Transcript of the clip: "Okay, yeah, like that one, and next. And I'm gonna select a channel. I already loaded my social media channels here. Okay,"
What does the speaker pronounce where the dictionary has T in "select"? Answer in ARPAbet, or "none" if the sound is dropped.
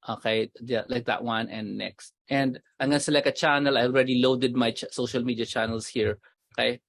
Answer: none